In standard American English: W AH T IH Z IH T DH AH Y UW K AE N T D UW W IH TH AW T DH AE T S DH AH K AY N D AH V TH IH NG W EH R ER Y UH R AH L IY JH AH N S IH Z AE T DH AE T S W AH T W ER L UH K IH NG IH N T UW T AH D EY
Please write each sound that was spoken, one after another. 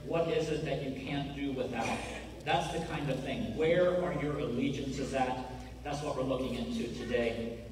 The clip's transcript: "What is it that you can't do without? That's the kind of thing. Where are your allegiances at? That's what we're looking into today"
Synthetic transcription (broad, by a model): W AH T IH Z IH T DH AH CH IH K AE N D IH W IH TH AW T DH AE T S DH AH K AY N D AH V TH IH NG W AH R ER Y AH R AH L IY JH AH N S IH Z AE T DH AE T S W AH T W ER L UH K IH NG IH N T UW T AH D EY